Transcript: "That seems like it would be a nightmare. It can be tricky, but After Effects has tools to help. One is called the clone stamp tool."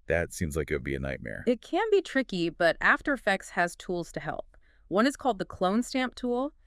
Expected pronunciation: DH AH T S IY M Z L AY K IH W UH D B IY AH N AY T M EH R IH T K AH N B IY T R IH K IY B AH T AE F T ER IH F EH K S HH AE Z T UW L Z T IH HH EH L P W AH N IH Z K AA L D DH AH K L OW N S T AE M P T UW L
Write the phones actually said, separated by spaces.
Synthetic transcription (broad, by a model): DH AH T S IY M Z L AY K IH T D B IY AH N AY T M EH R IH T K AH N B IY T R IH K IY B AH T AE F T ER IH F EH K S HH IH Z T UW L Z T IH HH EH L P W AH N IH Z K AA L D DH AH K L OW N S T AE M P T UW L